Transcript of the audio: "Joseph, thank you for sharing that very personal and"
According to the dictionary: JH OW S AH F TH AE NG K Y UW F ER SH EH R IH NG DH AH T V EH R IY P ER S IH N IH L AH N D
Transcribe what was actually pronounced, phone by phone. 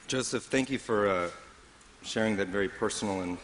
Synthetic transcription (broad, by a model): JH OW S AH F TH AE NG K Y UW F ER SH EH R IH NG DH AH T V EH R IY P ER S N L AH N